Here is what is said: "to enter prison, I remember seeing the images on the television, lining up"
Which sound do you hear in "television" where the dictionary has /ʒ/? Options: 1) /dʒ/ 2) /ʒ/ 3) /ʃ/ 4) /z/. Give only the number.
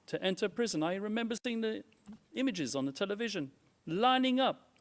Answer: 2